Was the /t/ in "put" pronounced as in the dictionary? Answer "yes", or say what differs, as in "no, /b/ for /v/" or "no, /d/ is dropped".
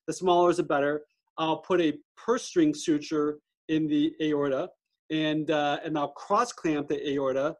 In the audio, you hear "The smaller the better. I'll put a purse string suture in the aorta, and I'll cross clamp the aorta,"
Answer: yes